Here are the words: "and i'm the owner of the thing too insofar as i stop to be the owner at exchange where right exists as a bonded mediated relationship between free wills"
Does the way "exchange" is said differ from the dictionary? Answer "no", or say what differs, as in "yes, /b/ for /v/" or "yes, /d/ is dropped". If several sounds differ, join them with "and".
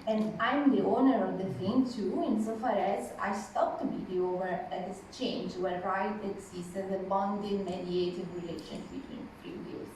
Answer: yes, /k/ is dropped